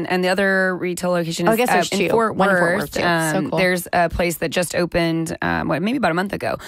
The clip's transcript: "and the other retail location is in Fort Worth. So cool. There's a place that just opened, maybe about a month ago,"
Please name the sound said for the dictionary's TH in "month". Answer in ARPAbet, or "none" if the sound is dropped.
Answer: TH